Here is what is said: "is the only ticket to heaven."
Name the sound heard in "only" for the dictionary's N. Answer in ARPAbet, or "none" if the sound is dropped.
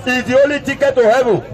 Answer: none